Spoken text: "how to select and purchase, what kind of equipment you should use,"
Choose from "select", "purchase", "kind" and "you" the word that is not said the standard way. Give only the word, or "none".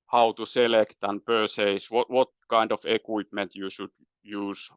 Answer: purchase